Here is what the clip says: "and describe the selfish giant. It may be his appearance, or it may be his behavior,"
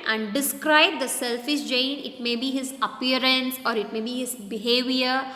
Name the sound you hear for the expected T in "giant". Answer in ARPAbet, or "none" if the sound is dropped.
none